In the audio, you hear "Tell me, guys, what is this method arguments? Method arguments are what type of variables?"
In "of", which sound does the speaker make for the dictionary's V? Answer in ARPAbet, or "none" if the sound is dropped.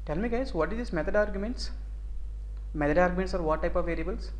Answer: V